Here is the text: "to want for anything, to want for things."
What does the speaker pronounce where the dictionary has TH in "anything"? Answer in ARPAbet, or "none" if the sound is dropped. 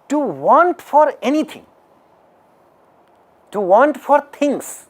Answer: T